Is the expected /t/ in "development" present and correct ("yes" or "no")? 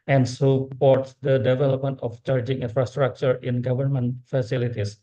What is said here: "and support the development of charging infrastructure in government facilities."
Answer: yes